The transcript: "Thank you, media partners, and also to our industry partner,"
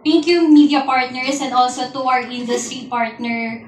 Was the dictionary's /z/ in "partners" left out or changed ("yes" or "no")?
yes